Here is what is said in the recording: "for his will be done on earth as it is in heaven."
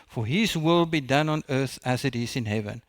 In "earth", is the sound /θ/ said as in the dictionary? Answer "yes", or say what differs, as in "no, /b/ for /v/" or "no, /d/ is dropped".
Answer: yes